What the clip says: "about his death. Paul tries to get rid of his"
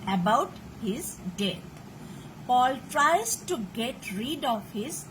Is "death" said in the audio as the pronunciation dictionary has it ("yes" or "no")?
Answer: no